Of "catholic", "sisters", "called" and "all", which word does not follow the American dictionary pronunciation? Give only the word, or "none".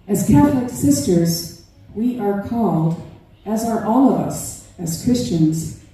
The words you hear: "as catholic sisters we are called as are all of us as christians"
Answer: none